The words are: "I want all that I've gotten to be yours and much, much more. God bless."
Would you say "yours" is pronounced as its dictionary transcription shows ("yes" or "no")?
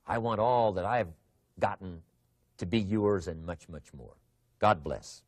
yes